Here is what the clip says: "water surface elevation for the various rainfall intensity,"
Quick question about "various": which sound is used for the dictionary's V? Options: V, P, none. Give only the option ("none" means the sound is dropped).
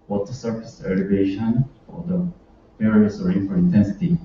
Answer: P